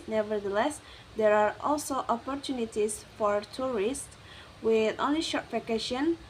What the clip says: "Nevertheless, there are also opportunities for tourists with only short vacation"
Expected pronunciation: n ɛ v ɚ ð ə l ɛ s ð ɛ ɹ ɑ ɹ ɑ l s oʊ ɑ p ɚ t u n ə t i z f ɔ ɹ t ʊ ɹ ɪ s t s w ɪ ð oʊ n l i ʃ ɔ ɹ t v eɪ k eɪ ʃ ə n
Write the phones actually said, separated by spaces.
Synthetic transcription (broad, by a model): n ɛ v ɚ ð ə l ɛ s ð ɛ ɹ ɑ ɹ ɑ l s oʊ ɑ p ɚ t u n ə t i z f ɔ ɹ t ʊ ɹ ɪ s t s w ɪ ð oʊ n l i ʃ ɔ ɹ t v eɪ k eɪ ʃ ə n